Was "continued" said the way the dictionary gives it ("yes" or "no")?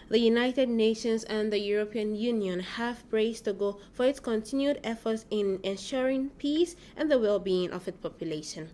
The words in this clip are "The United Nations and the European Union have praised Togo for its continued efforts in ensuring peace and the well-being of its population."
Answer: yes